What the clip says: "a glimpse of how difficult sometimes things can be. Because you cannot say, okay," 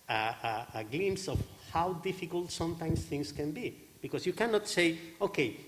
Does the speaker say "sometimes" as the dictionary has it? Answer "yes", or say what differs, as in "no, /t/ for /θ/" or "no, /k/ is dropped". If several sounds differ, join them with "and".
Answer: no, /s/ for /z/